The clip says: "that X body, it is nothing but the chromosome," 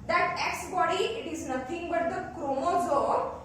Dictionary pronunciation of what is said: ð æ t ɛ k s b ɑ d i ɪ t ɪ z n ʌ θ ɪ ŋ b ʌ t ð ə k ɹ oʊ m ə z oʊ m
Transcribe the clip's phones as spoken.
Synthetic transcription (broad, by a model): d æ t ɛ k s b ɑ d i ɪ t ɪ z n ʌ t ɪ ŋ b ʌ t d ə k ɹ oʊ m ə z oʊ